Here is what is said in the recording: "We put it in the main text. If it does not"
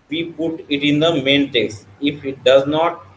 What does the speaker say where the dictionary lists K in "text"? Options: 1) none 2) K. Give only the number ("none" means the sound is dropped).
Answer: 1